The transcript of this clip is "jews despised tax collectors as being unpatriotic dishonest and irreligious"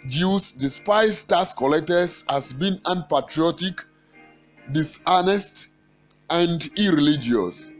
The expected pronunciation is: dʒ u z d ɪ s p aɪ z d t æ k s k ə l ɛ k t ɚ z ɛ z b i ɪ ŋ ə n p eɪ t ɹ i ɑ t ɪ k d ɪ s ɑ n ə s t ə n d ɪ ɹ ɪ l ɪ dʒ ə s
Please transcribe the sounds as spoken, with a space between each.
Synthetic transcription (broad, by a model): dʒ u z d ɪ s p aɪ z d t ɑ s k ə l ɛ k t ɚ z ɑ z b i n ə n p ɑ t ɹ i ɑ t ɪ k d ɪ s ɑ n ə s t ə n d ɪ ɹ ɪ l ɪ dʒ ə s